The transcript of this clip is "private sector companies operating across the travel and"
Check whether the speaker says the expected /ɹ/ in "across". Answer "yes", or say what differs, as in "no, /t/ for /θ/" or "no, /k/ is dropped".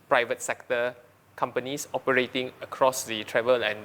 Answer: yes